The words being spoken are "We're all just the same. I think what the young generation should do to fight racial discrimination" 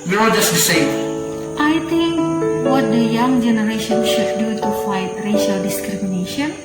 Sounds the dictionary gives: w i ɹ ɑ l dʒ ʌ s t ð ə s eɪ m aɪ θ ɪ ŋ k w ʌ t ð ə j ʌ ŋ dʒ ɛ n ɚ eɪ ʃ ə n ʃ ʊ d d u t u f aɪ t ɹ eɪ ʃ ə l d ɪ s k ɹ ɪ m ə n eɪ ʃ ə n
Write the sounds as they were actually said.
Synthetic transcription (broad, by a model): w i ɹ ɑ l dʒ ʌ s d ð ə s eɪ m aɪ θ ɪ ŋ k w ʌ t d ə j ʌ ŋ dʒ ɛ n ɚ eɪ ʃ ə n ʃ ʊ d d u t u f aɪ t ɹ eɪ ʃ ə l d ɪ s k ɹ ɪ m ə n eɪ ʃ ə n